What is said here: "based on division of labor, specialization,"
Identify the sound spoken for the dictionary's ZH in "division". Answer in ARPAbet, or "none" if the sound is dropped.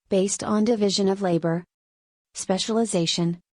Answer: ZH